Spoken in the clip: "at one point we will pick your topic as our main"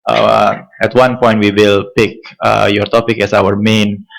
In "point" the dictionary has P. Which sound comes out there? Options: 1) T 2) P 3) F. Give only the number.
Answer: 2